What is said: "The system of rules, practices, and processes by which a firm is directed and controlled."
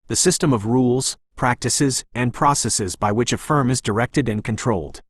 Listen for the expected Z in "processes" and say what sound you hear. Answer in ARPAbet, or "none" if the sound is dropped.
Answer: Z